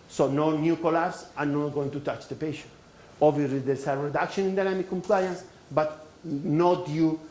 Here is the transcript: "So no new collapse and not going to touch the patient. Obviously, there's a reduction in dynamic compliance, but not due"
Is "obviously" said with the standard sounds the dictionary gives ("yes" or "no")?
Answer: no